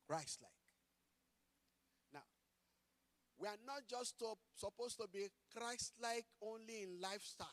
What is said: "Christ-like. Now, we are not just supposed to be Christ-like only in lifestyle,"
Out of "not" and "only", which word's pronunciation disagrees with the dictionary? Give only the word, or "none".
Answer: none